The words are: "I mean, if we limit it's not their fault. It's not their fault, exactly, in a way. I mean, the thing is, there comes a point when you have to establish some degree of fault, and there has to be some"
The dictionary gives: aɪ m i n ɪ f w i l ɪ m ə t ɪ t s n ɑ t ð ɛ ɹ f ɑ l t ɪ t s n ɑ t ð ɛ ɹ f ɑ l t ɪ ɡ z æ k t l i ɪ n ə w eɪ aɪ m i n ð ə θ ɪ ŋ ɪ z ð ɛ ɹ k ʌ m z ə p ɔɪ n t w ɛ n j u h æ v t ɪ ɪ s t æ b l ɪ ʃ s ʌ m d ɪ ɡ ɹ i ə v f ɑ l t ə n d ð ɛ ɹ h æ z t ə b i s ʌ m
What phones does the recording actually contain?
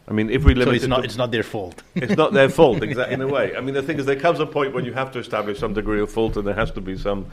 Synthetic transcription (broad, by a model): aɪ m i n ɪ f w i l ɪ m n ɪ t s n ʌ t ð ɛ ɹ f ɑ l t ɪ t s n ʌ t ð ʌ ɹ f ɑ l t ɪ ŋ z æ t ɪ n ə w eɪ aɪ m i n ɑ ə θ ɪ ŋ ɪ z ð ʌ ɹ k ʌ m z ə p ɔɪ n t w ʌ n j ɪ h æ f t ɪ ɪ s t æ b l ɪ ʃ s ʌ m d ɪ ɡ ɹ i ə v f ɑ l t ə n ð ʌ ɹ h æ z t ə b i s ʌ m